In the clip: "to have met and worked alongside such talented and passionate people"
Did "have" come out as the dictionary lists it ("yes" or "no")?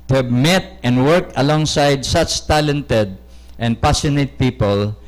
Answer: no